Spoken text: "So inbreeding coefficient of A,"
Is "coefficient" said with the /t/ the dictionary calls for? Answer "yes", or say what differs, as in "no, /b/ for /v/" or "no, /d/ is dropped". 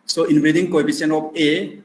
no, /t/ is dropped